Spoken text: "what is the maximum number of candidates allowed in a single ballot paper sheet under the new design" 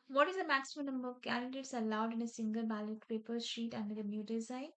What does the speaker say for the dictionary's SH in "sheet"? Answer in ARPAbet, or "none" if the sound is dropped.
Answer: SH